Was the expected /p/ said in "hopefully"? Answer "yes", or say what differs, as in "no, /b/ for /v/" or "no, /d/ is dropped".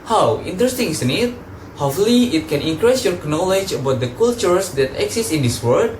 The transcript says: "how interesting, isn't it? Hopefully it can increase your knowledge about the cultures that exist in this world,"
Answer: no, /p/ is dropped